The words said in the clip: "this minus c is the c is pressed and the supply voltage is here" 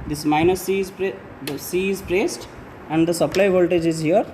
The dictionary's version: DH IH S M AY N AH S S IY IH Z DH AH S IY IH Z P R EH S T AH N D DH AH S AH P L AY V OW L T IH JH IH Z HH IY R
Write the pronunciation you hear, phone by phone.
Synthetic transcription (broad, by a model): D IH S M AY N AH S S IY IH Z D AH S IY IH Z P R EH S T AH N D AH S AH P L AY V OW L T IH JH IH Z HH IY R